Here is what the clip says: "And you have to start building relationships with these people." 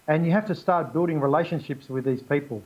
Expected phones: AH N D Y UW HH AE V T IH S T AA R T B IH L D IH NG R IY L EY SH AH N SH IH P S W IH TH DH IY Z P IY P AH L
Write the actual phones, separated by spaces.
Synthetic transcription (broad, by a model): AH N Y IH HH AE F T IH S T AA R T B IH L D IH NG R IY L EY SH AH N SH IH P S W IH DH IY Z P IY P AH L